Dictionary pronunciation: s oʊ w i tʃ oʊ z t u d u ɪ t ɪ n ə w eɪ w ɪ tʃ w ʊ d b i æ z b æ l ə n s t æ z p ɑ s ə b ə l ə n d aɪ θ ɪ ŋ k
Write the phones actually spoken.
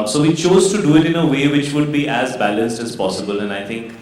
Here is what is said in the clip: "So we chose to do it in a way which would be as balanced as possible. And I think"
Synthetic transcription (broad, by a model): s oʊ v i tʃ oʊ z t u d u ɪ t ɪ n ə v eɪ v ɪ tʃ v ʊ d b i æ z b æ l ə n s t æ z p ɑ s ə b ə l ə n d aɪ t ɪ ŋ k